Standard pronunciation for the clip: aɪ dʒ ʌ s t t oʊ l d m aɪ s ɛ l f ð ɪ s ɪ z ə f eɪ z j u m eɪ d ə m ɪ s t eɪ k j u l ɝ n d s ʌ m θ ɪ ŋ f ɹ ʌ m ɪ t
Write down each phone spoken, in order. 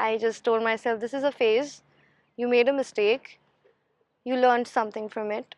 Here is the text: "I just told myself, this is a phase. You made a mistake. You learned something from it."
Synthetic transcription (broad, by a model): aɪ dʒ ʌ s t t oʊ l d m aɪ s ɛ l f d ɪ s ɪ z ə f eɪ z j u m eɪ d ə m ɪ s t eɪ k j u l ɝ n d s ʌ m t ɪ ŋ f ɹ ʌ m ɪ t